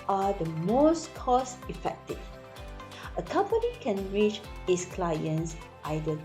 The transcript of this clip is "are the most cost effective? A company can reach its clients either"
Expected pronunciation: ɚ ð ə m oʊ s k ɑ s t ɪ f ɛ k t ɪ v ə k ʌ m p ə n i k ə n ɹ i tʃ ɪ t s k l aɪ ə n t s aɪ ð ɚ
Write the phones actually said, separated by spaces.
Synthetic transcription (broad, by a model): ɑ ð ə m oʊ s k ɑ s ɪ f ɛ k t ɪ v ə k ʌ m p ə n i k ə n ɹ i tʃ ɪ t s k l aɪ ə n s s aɪ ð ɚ